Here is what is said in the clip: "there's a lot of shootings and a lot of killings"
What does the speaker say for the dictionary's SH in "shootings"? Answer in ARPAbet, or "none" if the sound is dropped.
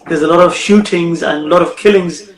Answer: SH